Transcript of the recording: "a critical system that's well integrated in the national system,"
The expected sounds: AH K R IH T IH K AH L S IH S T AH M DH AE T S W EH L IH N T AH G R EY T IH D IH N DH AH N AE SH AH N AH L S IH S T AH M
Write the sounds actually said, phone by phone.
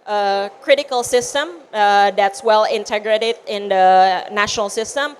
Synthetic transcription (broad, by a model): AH K R IH T IH K AH L S IH S T AH M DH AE T S W EH L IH N T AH G R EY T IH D IH N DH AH N AE SH AH N AH L S IH S T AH M